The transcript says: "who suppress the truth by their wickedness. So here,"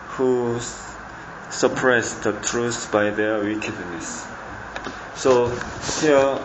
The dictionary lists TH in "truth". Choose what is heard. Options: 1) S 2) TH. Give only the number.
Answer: 1